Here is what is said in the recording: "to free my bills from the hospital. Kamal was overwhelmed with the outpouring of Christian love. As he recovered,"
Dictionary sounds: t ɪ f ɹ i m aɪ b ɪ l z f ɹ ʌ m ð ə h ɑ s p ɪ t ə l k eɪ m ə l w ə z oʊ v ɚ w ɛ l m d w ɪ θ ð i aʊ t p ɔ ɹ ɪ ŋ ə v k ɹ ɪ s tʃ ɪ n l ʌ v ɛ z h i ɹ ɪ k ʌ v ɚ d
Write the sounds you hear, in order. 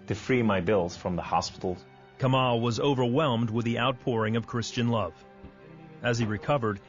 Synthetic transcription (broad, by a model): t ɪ f ɹ i m aɪ b ɪ l z f ɹ ʌ m ð ə h ɑ s p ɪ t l k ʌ m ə l w ə z oʊ v ɚ w ɛ l m d w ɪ ð i aʊ t p ɔ ɹ ɪ ŋ ə v k ɹ ɪ s tʃ ɪ n l ʌ v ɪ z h i ɹ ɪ k ʌ v ɚ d